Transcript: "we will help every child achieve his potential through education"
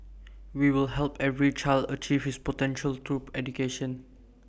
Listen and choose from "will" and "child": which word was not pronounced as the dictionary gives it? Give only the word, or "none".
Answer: none